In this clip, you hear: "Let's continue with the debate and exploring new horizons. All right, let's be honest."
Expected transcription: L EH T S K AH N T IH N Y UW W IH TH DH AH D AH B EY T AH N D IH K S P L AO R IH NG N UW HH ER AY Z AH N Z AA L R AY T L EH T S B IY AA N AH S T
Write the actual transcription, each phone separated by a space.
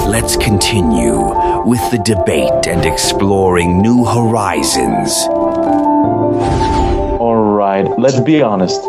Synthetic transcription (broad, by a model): L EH T S K AH N T IH N Y UW W IH DH AH D AH B EY T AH N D IH K S P L AO R IH NG N UW HH ER AY Z AH N Z AA L R AY T L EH T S B IY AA N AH S T